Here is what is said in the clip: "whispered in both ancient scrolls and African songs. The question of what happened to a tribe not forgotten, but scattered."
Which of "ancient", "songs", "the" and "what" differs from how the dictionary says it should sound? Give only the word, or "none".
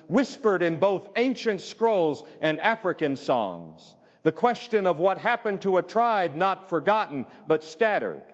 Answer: none